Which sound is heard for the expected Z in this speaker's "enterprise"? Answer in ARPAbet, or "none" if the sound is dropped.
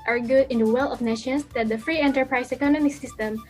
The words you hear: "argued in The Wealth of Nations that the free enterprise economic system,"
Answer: S